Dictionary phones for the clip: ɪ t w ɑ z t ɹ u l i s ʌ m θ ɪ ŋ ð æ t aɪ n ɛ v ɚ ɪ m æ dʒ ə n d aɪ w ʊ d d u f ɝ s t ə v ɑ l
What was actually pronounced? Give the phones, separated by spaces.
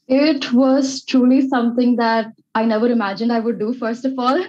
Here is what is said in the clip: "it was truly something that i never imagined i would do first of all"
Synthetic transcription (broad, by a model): ɪ t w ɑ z t ɹ u l i s ʌ m t ɪ ŋ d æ t aɪ n ɛ v ɚ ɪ m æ dʒ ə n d aɪ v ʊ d d u f ɝ s t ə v ɑ l